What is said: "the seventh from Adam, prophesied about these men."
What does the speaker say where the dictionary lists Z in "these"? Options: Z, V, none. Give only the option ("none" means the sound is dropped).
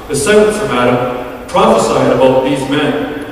Z